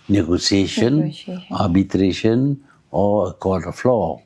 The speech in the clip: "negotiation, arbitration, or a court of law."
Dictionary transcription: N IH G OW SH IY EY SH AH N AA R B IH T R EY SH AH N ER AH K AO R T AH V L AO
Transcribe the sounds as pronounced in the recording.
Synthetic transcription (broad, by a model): N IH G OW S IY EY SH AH N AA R B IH T R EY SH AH N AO AH K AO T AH F L AO